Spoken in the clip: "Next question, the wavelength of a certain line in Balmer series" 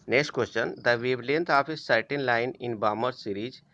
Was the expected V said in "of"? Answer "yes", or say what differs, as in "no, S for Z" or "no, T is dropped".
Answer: no, P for V